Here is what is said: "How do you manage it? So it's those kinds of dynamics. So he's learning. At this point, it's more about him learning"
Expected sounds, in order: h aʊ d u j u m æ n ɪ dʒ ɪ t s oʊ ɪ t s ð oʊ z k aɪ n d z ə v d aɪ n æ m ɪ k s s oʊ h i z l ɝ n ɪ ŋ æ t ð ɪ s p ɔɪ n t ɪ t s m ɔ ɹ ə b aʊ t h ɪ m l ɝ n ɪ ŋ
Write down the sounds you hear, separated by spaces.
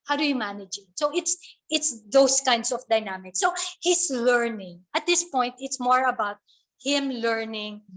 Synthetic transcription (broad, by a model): h aʊ d u j u m æ n ɪ dʒ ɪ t s oʊ ɪ t s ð oʊ s k aɪ n d s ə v d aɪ n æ m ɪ k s s oʊ h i s l ɝ n ɪ ŋ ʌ t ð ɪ s p ɔɪ n t ɪ t s m ɔ ɹ ə b aʊ t h ɪ m l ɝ n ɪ ŋ